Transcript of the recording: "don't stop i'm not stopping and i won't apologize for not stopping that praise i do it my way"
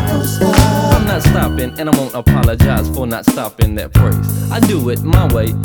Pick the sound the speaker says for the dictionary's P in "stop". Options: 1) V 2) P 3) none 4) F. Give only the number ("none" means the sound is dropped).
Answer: 3